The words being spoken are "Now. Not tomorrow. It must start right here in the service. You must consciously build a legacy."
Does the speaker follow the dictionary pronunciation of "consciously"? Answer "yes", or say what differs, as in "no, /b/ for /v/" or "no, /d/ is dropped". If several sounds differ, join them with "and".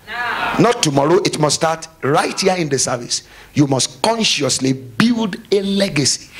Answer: yes